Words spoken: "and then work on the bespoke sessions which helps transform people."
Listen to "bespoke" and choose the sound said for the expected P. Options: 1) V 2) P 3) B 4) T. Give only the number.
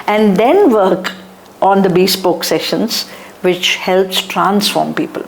2